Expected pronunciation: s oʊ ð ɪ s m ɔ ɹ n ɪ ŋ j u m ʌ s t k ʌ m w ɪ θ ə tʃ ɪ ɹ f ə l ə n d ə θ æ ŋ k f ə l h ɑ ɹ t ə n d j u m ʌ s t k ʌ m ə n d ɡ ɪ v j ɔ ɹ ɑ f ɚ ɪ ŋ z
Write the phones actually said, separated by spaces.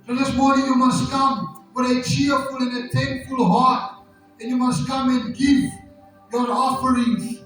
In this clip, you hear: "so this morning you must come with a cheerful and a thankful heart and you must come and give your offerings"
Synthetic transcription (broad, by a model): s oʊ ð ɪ s m ɔ ɹ n ɪ ŋ j u m ʌ s t k ʌ m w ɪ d ə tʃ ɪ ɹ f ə l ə n ə t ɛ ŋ k f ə l h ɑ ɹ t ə n j u m ʌ s t k ʌ m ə n ɡ ɪ v j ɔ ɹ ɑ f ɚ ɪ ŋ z